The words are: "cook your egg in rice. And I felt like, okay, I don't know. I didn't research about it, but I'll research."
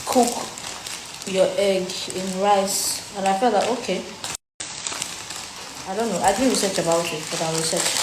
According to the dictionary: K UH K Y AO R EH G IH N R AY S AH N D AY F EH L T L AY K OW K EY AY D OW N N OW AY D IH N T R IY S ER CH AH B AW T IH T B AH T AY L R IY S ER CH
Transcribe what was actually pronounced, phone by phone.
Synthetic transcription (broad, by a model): K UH K Y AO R EH G IH N R AY S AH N AY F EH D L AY OW K EY AY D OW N N OW AY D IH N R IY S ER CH AH B AW T IH T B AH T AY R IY S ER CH